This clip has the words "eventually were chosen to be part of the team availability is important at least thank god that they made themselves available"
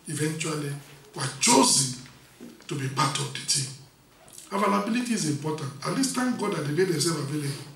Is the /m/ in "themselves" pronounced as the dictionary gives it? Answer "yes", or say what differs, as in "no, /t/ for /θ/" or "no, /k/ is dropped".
no, /m/ is dropped